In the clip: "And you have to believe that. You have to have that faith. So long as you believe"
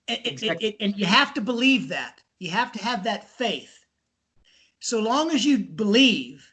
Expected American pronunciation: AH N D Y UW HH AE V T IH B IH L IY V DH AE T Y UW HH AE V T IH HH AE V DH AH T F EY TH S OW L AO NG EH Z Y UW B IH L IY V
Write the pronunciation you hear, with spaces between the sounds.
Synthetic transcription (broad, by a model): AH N Y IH HH AE F T IH B IH L IY V DH AE T Y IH HH AE F T IH V DH AH T F EY TH S OW L AO NG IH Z Y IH B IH L IY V